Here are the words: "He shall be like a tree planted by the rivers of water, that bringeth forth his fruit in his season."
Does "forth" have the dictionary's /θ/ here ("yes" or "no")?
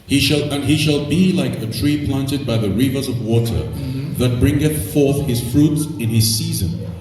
yes